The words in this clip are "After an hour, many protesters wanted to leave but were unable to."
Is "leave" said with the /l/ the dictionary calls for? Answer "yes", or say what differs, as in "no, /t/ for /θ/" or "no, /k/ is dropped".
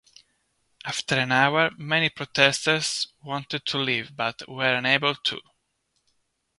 yes